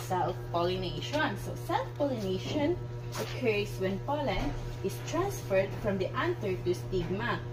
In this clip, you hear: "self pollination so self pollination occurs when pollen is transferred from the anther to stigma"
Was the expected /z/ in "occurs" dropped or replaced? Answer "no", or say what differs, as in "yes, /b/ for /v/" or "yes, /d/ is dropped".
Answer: yes, /s/ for /z/